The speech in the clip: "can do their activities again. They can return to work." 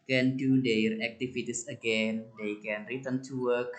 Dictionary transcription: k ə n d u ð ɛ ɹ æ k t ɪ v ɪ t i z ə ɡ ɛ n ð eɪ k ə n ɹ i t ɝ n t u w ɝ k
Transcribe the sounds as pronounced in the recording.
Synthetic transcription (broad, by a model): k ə n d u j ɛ ɹ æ k t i f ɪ t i s ə ɡ ɛ n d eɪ k ə n ɹ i t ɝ n t u w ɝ k